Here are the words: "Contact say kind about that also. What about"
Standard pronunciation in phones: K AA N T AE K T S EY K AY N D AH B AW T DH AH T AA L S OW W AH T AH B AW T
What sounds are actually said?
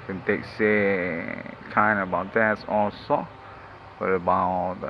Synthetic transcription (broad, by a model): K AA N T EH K S EY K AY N AH B AW T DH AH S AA S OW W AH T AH B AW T